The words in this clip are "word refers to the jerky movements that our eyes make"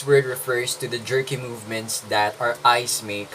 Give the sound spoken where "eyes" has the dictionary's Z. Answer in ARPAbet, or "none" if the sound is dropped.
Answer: S